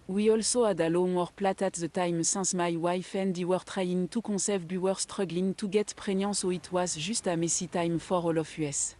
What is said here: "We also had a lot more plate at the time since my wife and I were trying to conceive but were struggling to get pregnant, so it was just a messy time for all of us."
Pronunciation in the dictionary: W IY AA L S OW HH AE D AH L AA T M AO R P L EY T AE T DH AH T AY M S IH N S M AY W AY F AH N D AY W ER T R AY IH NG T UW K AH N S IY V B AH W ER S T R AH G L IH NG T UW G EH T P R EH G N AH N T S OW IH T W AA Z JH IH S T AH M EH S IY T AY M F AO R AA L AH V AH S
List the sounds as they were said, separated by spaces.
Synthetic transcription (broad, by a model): W IY AA L S OW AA D AH L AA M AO R P L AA T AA T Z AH T AY M S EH S M AY W AY F AH N D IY W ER T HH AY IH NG T UW K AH S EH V B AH W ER S T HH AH G L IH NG T UW G EH T P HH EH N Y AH S OW IH T W AA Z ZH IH S T AH M EH S IY T AY M F AO R AA L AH F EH S